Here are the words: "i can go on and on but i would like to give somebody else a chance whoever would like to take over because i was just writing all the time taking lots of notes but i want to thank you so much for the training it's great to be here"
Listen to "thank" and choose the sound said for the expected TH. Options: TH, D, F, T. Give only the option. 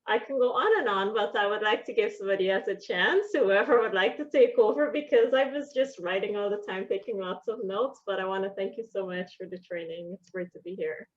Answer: TH